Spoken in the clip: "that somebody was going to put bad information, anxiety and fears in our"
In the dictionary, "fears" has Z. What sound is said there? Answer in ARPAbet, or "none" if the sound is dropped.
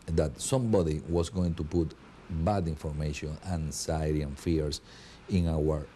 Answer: S